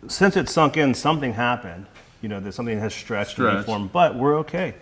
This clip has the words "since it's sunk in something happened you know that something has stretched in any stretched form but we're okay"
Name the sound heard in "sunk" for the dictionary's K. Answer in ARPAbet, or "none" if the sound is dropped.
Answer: K